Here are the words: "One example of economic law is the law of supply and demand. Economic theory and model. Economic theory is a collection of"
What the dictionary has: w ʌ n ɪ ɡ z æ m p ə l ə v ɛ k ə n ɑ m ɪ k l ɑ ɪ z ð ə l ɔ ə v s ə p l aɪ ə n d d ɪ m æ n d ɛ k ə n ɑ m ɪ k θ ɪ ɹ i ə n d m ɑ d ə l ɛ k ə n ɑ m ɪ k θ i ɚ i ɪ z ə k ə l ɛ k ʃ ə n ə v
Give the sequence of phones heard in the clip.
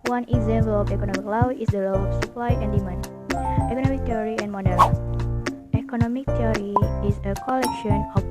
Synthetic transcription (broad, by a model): w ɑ n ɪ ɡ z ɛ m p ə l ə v ɛ k ə n ɑ m ɪ k l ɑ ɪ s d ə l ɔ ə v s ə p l aɪ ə n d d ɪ m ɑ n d ɛ k ə n ɑ m ɪ k t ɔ ɹ i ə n m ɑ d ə n ɛ k ə n ɑ m ɪ k t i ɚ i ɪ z ə k ə l ɛ k ʃ ə n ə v